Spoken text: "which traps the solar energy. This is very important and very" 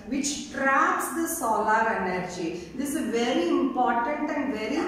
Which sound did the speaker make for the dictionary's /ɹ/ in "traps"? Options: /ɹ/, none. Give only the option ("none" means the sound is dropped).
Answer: /ɹ/